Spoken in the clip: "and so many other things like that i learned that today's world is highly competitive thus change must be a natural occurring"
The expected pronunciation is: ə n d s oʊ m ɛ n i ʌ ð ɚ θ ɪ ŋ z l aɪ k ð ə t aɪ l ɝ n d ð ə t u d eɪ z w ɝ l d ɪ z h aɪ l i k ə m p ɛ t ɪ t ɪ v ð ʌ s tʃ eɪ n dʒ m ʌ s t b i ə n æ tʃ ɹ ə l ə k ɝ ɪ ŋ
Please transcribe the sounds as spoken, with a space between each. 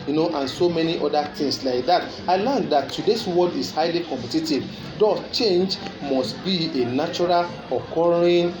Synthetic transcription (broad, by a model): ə n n s oʊ m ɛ n i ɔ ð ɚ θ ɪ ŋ s l aɪ k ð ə t aɪ l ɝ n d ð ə t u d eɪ s w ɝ d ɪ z h aɪ l i k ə m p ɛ t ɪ t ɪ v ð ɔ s tʃ eɪ n dʒ m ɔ s t b i ə n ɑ tʃ ɹ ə l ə k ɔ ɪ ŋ